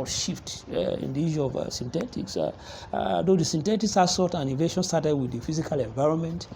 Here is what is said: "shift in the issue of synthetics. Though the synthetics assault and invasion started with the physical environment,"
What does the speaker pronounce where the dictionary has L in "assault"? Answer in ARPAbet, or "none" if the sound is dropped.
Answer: none